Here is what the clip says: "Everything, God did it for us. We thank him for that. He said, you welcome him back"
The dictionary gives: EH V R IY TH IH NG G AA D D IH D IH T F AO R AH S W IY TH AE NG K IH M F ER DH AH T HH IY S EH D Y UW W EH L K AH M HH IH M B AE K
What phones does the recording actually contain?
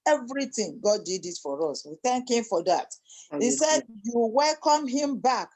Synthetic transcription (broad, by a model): EH V R IY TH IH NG G AA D D IH D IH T F AO R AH S W IY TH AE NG K IH M F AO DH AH T HH IY S EH D Y UW W EH L K AH M HH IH M B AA K